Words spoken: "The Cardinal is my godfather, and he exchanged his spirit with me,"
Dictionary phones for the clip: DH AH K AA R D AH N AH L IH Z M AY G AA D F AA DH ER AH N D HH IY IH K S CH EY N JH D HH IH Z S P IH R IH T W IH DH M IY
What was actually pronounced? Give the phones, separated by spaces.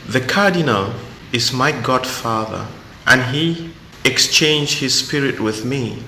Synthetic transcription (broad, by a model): DH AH K AA R D AH N AH L IH Z M AY G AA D F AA DH ER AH N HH IY IH K S CH EY N JH D HH IH Z S P IH R IH T W IH DH M IY